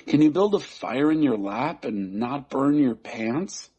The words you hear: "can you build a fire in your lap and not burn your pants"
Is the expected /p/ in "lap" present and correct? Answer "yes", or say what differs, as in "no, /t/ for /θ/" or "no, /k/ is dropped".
yes